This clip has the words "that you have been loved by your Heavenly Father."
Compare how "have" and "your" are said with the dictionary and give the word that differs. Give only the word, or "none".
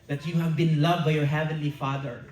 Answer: none